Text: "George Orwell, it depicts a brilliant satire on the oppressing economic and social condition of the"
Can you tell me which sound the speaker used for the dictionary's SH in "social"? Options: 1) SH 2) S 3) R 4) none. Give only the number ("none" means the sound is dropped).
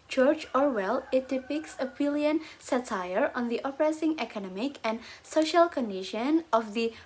1